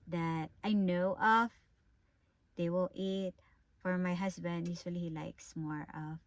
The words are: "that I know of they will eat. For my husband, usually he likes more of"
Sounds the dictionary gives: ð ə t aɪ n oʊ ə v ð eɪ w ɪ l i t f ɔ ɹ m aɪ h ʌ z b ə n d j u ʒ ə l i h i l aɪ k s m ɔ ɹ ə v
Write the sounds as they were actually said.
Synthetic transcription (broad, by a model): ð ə t aɪ n oʊ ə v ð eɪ w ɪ l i t f ɔ ɹ m aɪ h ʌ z b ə n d j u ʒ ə l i h i l aɪ k s m ɔ ɹ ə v